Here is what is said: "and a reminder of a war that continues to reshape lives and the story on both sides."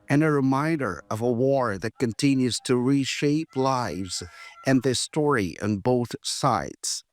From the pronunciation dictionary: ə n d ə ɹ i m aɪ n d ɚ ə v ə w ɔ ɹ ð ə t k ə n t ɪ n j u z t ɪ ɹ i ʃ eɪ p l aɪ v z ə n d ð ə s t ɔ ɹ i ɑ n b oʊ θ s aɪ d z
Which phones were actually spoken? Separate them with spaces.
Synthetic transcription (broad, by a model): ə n ə ɹ i m aɪ n d ɚ ə v ə w ɔ ɹ ð ə t k ə n t ɪ n j u z t ɪ ɹ i ʃ eɪ p l aɪ v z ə n ð ə s t ɔ ɹ i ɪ n b oʊ θ s aɪ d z